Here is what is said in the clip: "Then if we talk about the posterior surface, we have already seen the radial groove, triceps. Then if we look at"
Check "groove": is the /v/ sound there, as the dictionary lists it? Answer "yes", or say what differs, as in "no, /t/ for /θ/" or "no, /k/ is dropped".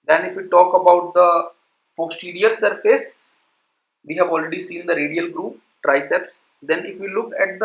no, /p/ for /v/